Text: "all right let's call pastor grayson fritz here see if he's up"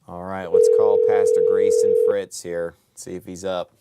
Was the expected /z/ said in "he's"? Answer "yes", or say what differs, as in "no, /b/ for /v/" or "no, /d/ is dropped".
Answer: yes